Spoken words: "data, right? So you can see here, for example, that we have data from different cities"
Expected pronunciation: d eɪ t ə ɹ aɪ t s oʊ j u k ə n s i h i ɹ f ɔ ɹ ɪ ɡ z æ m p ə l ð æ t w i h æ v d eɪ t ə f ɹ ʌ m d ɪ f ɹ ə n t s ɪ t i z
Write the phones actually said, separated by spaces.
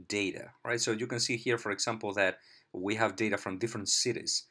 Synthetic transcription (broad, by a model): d eɪ t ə ɹ aɪ t s oʊ j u k ə n s i h i ɹ f ɔ ɹ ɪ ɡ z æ m p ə l ð æ t w i h æ v d eɪ t ə f ɹ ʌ m d ɪ f ɹ ə n t s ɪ t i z